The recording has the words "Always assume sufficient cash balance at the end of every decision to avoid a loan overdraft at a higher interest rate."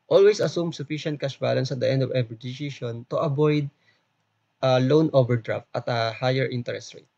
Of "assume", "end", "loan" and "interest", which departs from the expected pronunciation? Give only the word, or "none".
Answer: none